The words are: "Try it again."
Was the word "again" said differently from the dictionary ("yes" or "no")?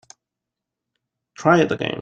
yes